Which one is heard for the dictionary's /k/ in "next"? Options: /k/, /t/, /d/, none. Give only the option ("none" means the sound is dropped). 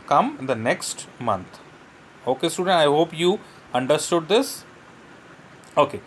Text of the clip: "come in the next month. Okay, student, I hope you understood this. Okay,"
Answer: /k/